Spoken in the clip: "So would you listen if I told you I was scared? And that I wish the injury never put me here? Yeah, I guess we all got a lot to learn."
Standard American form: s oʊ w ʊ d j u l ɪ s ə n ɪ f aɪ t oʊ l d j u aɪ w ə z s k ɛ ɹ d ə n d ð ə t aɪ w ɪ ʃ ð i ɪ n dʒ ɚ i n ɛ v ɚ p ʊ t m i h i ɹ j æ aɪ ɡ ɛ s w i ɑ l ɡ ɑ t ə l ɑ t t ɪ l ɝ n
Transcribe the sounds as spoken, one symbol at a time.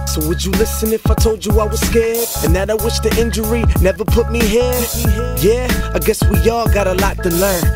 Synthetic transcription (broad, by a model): s oʊ w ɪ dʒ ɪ l ɪ s ə n ɪ f aɪ t oʊ l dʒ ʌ aɪ w ə z s k ɛ ɹ d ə n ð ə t aɪ w ɪ ʃ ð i ɪ n dʒ ɚ i n ɛ v ɚ p ʊ t m i h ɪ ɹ j æ aɪ ɡ ɛ s w i ɑ l ɡ ɑ t ə l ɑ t t ɪ l ɝ n